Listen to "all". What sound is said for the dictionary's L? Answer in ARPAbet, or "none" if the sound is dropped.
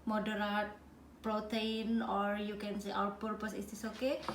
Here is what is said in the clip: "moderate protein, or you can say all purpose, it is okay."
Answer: W